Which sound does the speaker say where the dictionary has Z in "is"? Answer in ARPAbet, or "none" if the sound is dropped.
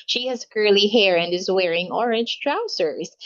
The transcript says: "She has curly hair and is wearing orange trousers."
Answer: Z